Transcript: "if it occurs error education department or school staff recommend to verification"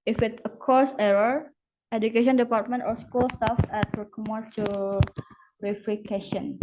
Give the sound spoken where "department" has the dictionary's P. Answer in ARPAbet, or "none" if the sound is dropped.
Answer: P